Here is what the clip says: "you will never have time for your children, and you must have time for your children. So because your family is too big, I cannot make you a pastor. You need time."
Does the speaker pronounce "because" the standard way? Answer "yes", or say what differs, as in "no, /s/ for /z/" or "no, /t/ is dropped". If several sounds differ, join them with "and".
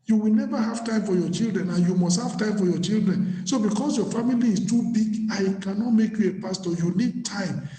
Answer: no, /s/ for /z/